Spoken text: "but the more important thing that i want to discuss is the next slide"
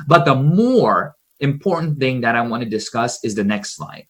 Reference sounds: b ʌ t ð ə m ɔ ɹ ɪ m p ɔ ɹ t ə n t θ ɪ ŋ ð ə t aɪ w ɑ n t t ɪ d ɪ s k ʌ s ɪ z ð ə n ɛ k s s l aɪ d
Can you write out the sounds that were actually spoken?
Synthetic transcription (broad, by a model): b ʌ t ð ə m ɔ ɹ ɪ m p ɔ ɹ t n θ ɪ ŋ ð ə t aɪ w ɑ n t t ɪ d ɪ s k ʌ s ɪ z ð ə n ɛ k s s l aɪ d